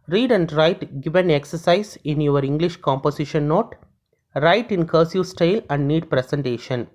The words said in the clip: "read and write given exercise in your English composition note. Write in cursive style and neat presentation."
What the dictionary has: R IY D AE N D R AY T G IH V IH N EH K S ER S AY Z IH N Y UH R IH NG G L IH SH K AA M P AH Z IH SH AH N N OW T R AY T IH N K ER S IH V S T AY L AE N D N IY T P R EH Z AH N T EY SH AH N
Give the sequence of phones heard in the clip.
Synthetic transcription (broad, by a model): R IY D AE N D R AY T G IH V IH N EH K S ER S AY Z IH N Y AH R IH NG G L IH SH K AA M P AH S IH SH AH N N OW T R AY T IH N K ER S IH S T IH L AE N D N IY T P R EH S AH N T EY SH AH N